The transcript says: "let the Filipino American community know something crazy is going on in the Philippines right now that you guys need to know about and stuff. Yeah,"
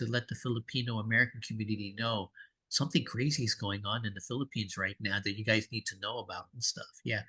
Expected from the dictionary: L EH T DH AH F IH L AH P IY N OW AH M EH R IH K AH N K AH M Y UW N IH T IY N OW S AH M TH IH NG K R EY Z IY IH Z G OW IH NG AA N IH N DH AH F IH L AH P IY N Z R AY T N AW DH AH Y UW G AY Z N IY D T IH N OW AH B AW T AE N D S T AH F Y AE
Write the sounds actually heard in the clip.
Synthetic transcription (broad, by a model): L EH T DH AH F IH L AH P IY N OW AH M EH R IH K N K M Y UW N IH T IY N OW S AH M TH IH NG K R EY Z IY IH Z G OW IH NG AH N IH N DH AH F IH L AH P IY N Z R AY T N AW DH AH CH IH G AY Z N IY D T IH N OW AH B AW T N S T AH F Y AE